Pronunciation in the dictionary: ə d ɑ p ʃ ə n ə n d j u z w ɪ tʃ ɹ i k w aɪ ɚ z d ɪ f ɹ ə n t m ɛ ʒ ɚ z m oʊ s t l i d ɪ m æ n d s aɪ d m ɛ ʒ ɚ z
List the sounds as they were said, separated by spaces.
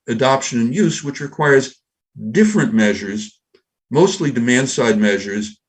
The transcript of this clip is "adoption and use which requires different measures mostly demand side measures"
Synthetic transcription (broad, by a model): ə d ɑ p ʃ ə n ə n j u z w ɪ tʃ ɹ i k w aɪ ɚ z d ɪ f ɹ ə n m ɛ ʒ ɚ z m oʊ s t l i d ɪ m æ n d s aɪ d m ɛ ʒ ɚ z